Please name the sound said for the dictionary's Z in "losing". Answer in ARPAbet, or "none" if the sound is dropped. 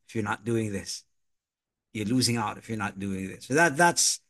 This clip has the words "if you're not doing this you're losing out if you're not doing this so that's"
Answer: Z